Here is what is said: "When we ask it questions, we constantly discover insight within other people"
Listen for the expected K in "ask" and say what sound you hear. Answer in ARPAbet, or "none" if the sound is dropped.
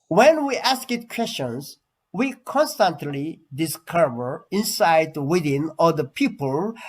K